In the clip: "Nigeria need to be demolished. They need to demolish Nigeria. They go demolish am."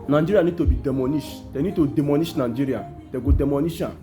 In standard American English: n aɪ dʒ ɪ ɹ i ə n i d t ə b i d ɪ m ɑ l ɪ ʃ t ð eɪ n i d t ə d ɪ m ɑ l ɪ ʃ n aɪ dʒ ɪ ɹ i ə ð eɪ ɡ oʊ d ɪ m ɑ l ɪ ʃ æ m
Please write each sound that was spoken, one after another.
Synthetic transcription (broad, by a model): n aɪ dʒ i ɹ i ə n i d t ə b i d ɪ m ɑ n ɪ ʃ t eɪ n i d t ə d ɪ m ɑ n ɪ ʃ n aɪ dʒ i ɹ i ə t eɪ ɡ oʊ d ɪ m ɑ n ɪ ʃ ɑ